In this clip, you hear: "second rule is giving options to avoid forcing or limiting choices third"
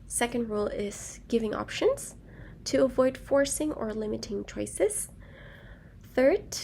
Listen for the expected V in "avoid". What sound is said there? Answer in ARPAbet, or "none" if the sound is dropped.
V